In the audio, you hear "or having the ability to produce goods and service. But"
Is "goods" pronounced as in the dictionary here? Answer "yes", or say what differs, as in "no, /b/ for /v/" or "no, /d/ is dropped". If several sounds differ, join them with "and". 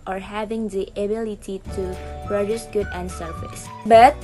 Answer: no, /z/ is dropped